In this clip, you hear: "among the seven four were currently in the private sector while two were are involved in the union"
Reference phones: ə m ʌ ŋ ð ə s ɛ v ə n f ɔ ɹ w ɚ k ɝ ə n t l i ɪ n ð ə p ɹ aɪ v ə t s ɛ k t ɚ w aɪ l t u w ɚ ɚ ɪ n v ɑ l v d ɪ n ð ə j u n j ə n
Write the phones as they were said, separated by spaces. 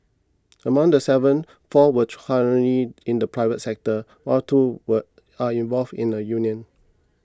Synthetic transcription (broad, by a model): ə m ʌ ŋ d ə s ɛ v ə n f ɔ w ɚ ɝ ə t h i ɪ n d ə p ɹ aɪ v ə t s ɛ k t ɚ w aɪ t u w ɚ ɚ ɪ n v ɑ l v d ɪ n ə j u n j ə n